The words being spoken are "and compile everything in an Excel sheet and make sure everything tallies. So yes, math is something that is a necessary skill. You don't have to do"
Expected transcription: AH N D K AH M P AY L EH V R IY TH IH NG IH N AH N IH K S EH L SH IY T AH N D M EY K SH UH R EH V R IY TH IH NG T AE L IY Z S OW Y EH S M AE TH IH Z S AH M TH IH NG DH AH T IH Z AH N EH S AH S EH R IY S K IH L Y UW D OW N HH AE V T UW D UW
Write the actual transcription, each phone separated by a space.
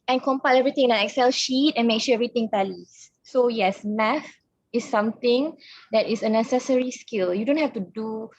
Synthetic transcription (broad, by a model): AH N K AH M P AY L EH V R IY T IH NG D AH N IH K S EH L SH IY T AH N M EY K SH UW EH V R IY T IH NG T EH L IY S OW Y EH S M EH F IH S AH M T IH NG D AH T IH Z AH N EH S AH S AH R IY S K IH L Y UW D OW N HH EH F T UW D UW